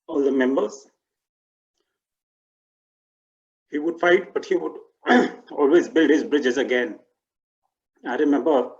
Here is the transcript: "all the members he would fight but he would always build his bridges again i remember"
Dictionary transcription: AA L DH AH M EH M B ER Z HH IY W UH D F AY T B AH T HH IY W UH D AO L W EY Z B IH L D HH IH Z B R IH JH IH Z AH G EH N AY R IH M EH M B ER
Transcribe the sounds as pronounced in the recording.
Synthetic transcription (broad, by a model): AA L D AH M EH M B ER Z HH IY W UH D F AY T B AH T HH IY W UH D AO L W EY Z B IH L D HH IH Z B R IH JH IH Z AH G EH N AY R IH M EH M B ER